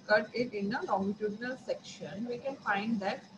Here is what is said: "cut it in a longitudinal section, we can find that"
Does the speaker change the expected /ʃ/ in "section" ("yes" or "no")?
no